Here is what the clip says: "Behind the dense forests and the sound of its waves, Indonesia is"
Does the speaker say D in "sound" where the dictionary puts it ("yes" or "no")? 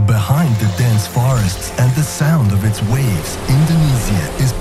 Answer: yes